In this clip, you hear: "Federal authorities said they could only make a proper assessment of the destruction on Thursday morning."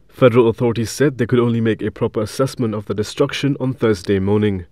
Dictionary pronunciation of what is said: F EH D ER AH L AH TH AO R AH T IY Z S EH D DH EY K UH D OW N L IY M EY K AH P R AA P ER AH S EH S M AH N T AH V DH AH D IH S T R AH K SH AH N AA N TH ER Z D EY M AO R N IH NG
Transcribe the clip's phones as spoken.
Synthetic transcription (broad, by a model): F EH D ER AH L AH TH AO R AH T IY Z S EH D DH EY K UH D OW N L IY M EY K AH P R AA P ER AH S EH S M AH N T AH V DH AH D IH S T R AH K SH AH N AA N TH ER Z D EY M AO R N IH NG